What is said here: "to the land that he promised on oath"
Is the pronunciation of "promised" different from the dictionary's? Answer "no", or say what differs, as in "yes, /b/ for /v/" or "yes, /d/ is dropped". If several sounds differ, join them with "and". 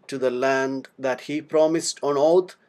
no